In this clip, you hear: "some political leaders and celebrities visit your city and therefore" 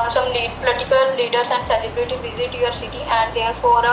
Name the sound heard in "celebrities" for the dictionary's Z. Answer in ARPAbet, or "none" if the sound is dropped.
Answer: none